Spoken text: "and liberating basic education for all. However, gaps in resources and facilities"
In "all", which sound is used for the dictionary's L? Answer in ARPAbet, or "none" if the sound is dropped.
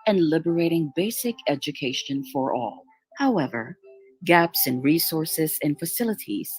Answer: L